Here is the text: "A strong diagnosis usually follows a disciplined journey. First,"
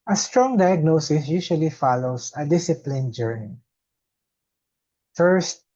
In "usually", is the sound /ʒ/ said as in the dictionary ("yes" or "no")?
no